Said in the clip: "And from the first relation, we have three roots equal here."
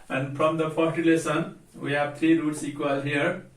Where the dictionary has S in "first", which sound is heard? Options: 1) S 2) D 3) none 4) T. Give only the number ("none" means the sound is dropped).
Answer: 3